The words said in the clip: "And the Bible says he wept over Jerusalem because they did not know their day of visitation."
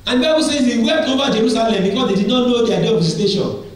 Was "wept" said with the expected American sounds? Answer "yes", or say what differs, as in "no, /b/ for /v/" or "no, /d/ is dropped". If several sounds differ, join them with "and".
no, /p/ is dropped